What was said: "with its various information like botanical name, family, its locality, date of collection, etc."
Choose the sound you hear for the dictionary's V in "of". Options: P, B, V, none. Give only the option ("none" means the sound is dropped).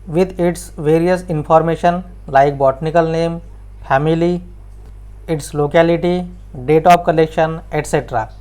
P